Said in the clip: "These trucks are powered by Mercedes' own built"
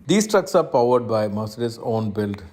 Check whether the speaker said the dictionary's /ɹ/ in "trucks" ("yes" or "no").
yes